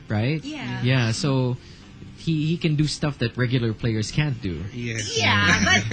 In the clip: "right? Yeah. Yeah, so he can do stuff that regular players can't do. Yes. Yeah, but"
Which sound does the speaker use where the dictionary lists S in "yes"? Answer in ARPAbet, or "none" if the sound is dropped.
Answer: none